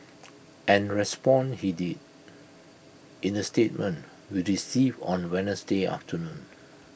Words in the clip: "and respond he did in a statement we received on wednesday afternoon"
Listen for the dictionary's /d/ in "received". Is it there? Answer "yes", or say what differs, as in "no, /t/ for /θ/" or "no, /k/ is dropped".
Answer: no, /d/ is dropped